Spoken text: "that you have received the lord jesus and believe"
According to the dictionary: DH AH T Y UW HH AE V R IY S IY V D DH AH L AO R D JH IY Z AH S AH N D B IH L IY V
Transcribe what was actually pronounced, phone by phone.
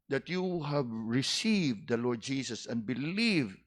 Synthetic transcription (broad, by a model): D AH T Y UW HH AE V R IY S IY V D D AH L AO R D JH IY S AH S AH N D B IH L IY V